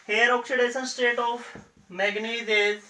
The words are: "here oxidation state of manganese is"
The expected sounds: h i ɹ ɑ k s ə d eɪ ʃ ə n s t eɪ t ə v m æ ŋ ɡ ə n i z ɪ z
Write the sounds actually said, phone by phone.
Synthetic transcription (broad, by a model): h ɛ ɹ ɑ k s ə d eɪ s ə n s t eɪ t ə f m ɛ ɡ n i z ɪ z